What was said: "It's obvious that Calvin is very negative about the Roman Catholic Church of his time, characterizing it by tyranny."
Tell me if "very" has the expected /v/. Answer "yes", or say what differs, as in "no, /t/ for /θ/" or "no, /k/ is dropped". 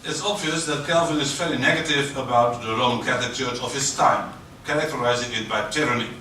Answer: no, /f/ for /v/